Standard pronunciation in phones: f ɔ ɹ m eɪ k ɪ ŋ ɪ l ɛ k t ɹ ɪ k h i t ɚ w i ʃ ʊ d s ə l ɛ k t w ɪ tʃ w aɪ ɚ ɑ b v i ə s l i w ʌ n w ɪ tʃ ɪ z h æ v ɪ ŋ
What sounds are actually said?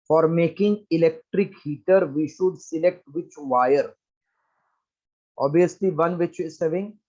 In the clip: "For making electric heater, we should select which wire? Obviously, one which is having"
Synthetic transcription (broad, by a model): f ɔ ɹ m eɪ k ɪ ŋ ɪ l ɛ k t ɹ ɪ k h i t ɚ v i ʃ ʊ d s ə l ɛ k t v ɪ tʃ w aɪ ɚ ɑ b i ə s l i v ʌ n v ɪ tʃ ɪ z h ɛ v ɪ ŋ